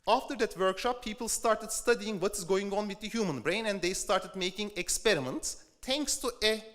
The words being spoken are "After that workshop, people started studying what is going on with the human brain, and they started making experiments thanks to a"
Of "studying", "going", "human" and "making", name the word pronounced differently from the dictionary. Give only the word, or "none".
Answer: none